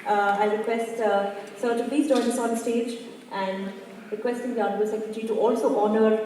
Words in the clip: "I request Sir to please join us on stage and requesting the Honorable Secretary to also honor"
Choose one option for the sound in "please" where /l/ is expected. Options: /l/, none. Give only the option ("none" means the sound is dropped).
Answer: none